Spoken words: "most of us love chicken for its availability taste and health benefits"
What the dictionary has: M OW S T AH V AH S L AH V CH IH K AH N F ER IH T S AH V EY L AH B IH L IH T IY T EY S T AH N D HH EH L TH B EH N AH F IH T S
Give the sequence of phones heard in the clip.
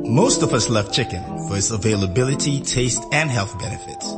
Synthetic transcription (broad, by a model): M OW S T AH V AH S L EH F CH IH K AH N F ER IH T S AH V EY L AH B IH L IH T IY T EY S T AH N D HH EH L TH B EH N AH F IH T S